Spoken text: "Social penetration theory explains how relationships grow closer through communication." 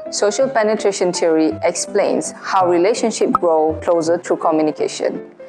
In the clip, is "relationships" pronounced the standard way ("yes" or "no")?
no